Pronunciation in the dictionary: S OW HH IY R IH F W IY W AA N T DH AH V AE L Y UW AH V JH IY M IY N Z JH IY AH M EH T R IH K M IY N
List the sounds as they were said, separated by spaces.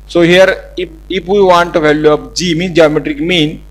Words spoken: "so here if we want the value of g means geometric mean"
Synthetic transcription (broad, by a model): S OW HH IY R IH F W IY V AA N T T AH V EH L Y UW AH P JH IY M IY N S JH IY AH M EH T R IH K M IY N